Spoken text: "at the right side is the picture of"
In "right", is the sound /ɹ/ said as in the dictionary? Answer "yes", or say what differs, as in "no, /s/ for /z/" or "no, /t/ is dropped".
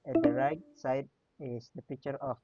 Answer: yes